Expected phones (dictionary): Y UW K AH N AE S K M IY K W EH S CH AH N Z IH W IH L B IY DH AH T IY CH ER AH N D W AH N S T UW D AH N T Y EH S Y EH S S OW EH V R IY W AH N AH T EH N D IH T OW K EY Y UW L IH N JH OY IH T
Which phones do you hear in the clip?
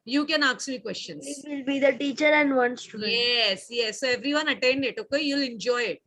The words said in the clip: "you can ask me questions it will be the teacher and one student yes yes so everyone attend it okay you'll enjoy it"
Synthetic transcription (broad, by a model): Y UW K AH N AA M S M IY K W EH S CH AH N S IH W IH L B IY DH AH T IY CH ER AH N D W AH N S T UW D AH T Y EH S Y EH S S OW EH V R IY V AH N AH T EH N D IH T OW K EY Y UW L IH N JH OY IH T